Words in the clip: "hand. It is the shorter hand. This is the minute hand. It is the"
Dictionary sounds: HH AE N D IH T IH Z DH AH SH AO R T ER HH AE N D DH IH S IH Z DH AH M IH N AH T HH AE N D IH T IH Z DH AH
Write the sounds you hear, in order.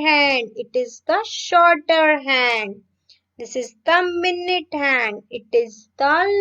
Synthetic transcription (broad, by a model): HH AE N D IH T IH Z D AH SH AO R T ER HH AE N D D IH S IH Z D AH M IH N AH T HH AE N D IH T IH Z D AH